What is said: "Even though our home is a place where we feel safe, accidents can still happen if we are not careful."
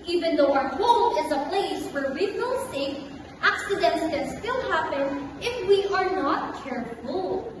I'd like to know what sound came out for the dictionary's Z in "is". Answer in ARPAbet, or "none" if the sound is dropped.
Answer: Z